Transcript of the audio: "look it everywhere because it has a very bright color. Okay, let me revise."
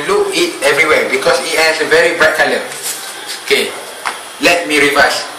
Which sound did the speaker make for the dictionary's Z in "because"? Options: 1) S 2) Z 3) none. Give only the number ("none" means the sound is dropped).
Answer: 1